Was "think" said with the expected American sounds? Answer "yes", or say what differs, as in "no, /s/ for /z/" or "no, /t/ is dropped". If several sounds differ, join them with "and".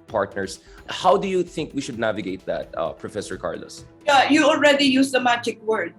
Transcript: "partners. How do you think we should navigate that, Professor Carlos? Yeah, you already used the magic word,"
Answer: yes